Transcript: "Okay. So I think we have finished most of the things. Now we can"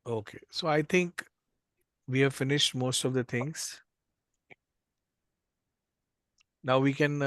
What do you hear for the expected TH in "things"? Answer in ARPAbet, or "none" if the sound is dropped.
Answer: T